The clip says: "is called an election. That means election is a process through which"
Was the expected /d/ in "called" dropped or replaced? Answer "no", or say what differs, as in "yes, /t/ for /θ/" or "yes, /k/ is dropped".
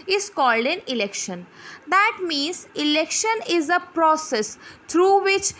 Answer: no